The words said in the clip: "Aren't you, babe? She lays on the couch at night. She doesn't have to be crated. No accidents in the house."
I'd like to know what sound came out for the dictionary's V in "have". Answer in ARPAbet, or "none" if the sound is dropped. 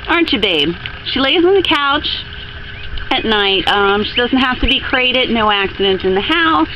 F